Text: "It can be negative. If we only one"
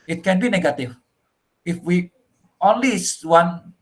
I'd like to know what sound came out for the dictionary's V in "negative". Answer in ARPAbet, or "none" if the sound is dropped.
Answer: F